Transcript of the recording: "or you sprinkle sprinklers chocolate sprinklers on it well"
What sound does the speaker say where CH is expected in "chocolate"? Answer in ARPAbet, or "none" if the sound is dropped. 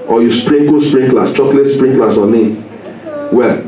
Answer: CH